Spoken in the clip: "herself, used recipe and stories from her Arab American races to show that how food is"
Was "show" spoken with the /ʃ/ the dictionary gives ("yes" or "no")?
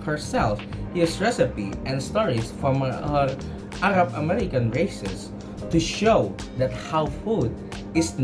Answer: yes